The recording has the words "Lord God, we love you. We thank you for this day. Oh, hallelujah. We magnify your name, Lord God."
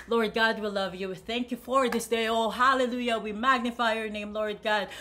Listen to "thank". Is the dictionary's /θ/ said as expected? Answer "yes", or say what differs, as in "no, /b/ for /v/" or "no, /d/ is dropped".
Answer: yes